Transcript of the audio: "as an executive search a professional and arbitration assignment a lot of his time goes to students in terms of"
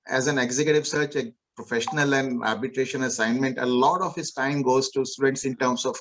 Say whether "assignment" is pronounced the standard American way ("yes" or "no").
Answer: yes